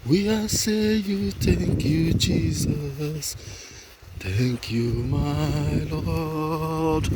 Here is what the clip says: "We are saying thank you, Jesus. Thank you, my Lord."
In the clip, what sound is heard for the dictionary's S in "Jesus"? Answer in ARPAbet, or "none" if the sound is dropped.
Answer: S